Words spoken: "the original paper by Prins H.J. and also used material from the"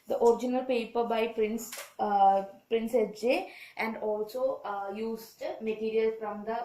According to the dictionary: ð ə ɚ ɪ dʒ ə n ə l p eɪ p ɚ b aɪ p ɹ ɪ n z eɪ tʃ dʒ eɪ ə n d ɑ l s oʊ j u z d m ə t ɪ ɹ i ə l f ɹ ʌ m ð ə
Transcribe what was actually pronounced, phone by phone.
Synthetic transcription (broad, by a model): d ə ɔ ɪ dʒ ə n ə l p eɪ p ɚ b aɪ p ɹ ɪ n s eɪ s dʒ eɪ ə n d ɑ l s oʊ j u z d m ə t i ɹ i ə l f ɹ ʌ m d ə